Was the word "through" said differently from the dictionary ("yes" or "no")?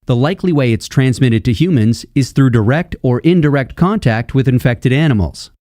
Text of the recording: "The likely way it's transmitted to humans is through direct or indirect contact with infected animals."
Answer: no